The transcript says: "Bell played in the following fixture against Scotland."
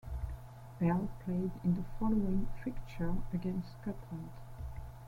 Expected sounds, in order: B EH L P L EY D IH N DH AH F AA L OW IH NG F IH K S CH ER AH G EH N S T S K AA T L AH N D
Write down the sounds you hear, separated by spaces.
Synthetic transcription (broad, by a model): B EH L P L EY D IH N DH AH F AA L OW IH NG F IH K CH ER AH G EH N S T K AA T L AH N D